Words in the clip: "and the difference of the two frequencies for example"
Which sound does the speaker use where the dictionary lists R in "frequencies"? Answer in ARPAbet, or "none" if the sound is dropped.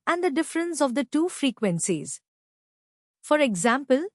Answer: R